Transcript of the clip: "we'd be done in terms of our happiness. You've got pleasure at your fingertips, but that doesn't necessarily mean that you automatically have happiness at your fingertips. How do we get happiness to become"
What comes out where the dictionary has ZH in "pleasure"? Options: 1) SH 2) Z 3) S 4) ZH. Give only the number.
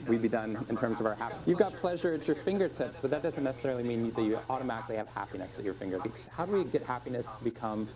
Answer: 4